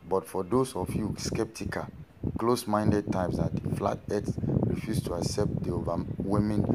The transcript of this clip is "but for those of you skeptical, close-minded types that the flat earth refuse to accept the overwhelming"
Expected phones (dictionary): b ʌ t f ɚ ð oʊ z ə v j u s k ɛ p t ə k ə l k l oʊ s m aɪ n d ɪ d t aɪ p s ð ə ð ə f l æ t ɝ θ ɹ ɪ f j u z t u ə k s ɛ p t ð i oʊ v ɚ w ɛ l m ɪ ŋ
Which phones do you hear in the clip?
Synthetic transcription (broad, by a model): b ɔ t f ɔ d oʊ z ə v j u s k ɛ p t ə k ə l k l oʊ s m aɪ n d ɪ d t aɪ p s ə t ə f l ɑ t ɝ s ɹ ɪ f j u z t u ə k s ɛ p t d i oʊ v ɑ w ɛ m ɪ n